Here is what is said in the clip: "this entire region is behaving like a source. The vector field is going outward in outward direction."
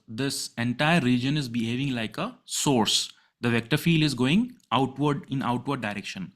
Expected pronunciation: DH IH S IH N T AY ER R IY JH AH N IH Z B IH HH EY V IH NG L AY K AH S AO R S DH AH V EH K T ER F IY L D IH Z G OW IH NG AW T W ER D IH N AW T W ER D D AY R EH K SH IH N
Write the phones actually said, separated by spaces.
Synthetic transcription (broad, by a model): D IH S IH N T AY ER L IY JH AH N IH Z B IH HH EY V IH NG L AY K AH S AO R S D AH V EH K T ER F IY L D IH Z G OW IH NG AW T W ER D IH N AW T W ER D D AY R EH K SH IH N